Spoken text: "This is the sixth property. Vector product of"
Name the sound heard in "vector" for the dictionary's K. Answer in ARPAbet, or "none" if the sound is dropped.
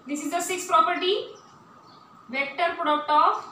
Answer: K